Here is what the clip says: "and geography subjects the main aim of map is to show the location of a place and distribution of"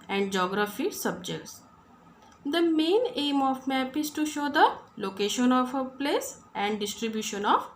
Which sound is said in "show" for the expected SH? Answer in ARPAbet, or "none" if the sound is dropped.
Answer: SH